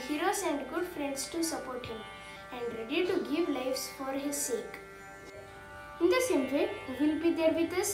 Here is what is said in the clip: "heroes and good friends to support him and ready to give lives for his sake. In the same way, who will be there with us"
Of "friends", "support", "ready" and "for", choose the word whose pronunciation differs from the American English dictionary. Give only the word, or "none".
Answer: friends